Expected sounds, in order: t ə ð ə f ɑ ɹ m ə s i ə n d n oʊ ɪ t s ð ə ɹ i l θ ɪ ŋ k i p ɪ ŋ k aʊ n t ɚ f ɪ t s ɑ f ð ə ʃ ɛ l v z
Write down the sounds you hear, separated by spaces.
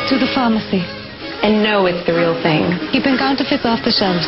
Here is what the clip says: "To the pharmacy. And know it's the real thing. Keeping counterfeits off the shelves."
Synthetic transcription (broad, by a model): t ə ð ə f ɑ m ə s i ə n n oʊ ɪ t s ð ə ɹ i l θ ɪ ŋ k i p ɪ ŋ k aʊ n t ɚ f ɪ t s ɑ f ð ə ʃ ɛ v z